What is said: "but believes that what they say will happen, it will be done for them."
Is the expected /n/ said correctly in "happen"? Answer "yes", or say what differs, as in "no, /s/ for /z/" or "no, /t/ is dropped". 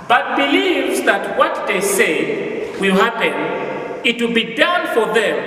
yes